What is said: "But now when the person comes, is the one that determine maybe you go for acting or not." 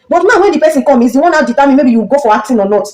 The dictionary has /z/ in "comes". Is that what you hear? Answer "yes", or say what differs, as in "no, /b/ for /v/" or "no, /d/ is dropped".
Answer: no, /z/ is dropped